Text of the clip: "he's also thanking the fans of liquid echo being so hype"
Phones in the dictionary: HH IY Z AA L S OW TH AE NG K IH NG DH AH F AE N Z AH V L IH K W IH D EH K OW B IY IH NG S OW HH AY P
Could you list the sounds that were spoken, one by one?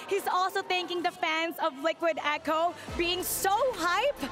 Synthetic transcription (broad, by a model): HH IY Z AA L S OW TH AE NG K IH NG DH AH F AE N Z AH V L IH K W IH D EH K OW B IY IH NG S OW HH AY P